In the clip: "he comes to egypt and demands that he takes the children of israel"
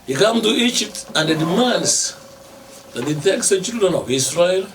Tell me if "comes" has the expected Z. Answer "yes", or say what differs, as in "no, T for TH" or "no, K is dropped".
no, Z is dropped